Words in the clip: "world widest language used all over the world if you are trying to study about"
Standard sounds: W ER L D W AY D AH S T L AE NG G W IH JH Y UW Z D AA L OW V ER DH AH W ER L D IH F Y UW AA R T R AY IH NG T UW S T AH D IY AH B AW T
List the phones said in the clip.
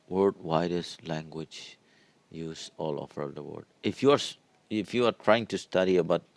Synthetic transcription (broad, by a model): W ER D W AY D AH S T L AE NG G W IH JH Y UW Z AA L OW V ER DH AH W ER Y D IH F Y UW AA R T R AY IH NG T UW S T AH D IY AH B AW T